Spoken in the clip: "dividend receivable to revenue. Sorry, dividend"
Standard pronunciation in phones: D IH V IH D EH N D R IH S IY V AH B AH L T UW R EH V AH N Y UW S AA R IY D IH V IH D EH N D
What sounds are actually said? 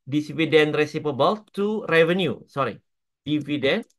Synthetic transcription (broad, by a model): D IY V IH D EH N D R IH S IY P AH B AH L T UW R EH V AH N Y UW S AA R IY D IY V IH D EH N